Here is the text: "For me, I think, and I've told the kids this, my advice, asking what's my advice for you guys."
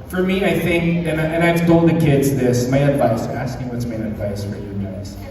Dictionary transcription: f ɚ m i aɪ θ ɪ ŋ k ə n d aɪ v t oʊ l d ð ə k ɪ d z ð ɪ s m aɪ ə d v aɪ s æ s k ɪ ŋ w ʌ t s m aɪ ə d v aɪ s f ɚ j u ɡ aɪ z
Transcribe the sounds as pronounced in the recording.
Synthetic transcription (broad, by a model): f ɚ m i aɪ θ ɪ ŋ k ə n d aɪ v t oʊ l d ð ə k ɪ d z ð ɪ s m aɪ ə d v aɪ s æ s k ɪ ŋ w ʌ t s m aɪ ə d v aɪ s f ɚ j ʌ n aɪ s